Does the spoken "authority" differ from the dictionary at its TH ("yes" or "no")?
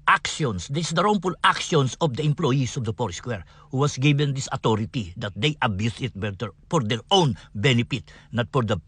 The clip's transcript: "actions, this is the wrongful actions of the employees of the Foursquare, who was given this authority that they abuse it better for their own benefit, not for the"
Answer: yes